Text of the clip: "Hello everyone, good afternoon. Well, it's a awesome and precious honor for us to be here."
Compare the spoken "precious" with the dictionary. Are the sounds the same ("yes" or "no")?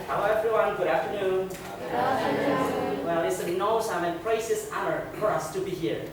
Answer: no